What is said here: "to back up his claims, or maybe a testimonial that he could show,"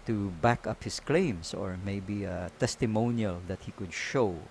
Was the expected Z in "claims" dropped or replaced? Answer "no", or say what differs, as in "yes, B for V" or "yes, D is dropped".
yes, S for Z